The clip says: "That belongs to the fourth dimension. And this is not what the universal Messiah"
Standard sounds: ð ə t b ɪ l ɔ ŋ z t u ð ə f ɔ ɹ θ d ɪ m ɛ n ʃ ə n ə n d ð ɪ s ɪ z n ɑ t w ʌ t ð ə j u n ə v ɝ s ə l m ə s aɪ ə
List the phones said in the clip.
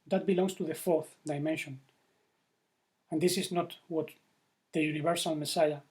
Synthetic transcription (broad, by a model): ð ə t b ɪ l ɔ ŋ s t u ð ə f ɔ ɹ θ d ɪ m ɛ n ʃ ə n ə n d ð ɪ s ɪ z n ɑ t w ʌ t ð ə j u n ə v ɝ s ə l m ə s aɪ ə